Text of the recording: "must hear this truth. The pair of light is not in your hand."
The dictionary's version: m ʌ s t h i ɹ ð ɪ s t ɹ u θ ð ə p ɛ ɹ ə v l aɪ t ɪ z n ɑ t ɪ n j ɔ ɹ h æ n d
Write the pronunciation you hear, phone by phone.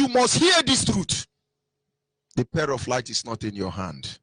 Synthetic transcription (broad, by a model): m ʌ s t h i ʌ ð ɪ s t ɹ u t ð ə p ɛ ɹ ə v l aɪ t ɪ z n ɑ t ɪ n j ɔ h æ n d